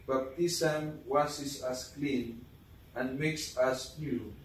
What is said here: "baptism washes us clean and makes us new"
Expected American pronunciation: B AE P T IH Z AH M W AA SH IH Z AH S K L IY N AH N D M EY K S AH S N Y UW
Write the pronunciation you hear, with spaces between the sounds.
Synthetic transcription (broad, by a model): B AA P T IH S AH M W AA S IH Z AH S K L IY N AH N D M EY K S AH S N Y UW